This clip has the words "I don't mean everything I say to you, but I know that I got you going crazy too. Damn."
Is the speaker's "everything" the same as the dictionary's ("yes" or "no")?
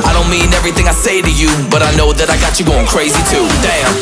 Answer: yes